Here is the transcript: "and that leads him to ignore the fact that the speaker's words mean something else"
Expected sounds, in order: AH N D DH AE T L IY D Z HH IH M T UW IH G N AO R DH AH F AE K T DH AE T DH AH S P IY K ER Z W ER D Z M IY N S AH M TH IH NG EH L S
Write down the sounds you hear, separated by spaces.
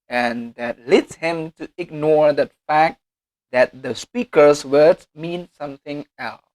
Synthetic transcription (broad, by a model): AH N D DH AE T L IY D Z HH IH M T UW IH G N AO R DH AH F AE K T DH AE T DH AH S P IY K ER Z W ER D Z M IY N S AH M TH IH NG EH L S